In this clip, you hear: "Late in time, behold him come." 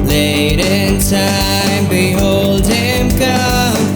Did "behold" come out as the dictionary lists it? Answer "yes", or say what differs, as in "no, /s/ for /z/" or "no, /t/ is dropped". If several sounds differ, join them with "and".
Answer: yes